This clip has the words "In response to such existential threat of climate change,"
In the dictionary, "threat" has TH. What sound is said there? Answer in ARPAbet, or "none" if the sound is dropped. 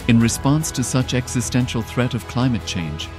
TH